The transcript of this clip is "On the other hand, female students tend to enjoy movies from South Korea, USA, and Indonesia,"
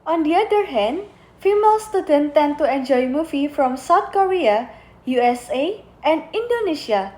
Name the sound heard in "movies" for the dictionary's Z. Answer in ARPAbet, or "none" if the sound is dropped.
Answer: none